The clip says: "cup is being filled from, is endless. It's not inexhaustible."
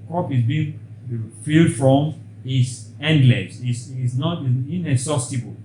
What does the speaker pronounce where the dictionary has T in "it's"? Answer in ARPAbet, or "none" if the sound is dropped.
S